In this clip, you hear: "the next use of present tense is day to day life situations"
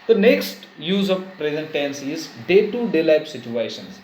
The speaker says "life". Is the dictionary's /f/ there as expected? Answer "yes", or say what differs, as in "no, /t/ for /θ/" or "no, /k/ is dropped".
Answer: no, /p/ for /f/